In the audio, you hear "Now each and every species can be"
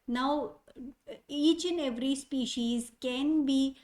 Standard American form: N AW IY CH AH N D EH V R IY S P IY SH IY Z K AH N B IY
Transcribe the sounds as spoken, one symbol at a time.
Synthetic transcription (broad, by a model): N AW IY CH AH N EH V R IY S P IY SH IY Z K AH N B IY